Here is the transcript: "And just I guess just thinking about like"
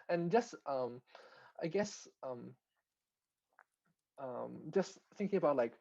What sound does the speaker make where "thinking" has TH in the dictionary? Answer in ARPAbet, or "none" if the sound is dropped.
TH